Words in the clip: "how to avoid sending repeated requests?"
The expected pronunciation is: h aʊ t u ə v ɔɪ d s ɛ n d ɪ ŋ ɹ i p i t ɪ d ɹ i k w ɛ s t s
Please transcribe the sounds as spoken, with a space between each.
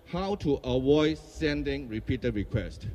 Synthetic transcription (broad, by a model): h aʊ t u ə w ɔɪ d s ɛ n d ɪ ŋ ɹ i p i t ɪ d ɹ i k w ɛ s t